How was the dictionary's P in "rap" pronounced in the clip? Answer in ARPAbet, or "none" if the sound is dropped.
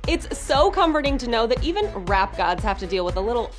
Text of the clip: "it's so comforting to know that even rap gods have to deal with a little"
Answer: P